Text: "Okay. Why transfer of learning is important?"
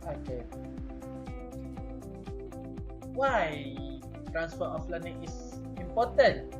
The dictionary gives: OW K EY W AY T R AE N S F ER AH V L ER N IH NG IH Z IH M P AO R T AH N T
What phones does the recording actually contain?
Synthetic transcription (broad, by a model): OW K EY W AY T R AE N S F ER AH F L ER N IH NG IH S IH M P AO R T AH N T